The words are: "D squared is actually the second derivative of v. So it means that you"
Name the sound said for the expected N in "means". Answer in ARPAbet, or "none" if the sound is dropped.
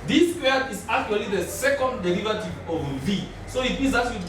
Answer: none